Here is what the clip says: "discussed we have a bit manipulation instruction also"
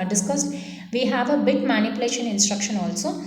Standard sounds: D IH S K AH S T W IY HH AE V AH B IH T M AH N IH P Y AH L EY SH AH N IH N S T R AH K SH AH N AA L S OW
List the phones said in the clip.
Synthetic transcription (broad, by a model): D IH S K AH S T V IY HH AE V AH B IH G M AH N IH P Y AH L EY SH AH N IH N S T R AH K SH AH N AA L S OW